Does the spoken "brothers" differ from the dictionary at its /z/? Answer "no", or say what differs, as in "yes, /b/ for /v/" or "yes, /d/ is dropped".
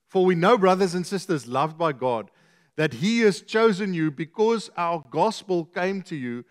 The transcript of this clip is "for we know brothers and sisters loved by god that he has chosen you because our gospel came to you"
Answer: no